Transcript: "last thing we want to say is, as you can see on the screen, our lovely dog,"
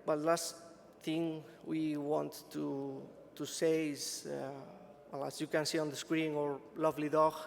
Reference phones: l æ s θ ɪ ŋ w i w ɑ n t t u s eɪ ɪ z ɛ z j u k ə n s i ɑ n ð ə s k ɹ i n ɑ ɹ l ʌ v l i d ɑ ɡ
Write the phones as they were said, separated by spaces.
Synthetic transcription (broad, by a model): l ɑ s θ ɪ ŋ w i w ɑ n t t u s eɪ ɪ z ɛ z j u k ə n s i ɑ n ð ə s k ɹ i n ɑ ɹ l ʌ v l i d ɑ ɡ